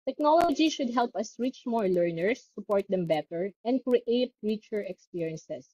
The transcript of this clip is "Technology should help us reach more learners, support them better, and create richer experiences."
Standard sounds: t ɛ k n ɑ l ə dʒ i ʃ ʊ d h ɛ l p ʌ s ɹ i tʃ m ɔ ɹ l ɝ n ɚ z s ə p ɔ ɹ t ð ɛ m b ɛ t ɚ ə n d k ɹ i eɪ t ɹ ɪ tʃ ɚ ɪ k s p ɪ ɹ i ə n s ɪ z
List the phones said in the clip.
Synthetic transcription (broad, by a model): t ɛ k n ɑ l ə dʒ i ʃ ʊ d h ɛ l p ʌ s ɹ i tʃ m ɔ ɹ l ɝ n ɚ s ə p ɔ ɹ t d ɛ m b ɛ t ɚ ə n d k ɹ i eɪ t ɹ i tʃ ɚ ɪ k s p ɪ ɹ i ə n s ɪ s